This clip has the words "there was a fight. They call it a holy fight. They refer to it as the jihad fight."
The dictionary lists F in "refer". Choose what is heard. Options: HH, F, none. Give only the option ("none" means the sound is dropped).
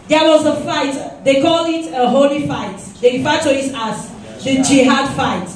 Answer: none